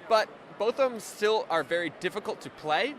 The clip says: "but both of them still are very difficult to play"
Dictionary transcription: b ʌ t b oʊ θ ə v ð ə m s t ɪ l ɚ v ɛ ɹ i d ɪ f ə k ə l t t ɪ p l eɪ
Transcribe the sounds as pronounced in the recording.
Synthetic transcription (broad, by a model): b ʌ t b oʊ θ ə v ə m s t ɪ l ɚ v ɛ ɹ i d ɪ f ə k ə l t t ɪ p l eɪ